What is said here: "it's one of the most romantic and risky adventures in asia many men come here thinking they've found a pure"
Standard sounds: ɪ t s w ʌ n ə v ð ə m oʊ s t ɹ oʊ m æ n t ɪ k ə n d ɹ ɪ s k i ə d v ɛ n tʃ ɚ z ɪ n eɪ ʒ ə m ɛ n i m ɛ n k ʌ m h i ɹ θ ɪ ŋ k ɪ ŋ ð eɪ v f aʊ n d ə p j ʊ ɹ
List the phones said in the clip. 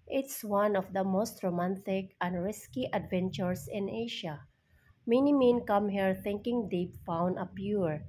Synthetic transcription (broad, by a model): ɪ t s w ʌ n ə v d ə m oʊ s t ɹ oʊ m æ n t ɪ k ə n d ɹ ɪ s k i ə d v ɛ n tʃ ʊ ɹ ɪ n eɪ ʃ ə m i n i m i n k ʌ m h i ɹ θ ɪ ŋ k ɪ ŋ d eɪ p f aʊ n d ə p j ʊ ɹ